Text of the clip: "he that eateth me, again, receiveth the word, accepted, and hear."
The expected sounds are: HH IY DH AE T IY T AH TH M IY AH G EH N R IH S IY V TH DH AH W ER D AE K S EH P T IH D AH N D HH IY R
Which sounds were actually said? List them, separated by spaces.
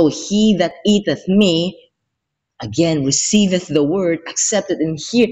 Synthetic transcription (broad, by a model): HH IY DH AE T IY T AH TH M IY AH G EH N R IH S IY V TH DH AH W ER D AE K S EH P T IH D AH N HH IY R